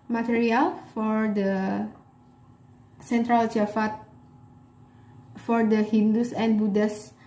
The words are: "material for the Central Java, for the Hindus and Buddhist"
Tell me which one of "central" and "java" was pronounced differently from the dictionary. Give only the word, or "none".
java